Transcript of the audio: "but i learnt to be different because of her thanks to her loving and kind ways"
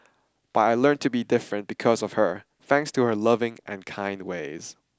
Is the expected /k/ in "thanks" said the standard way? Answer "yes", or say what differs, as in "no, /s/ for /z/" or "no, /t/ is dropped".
yes